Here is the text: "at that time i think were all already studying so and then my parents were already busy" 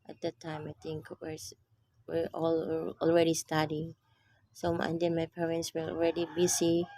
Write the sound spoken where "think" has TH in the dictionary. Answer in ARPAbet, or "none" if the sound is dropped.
T